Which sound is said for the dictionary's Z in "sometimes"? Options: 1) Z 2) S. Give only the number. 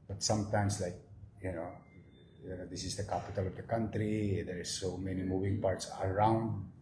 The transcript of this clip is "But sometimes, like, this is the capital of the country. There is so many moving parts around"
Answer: 2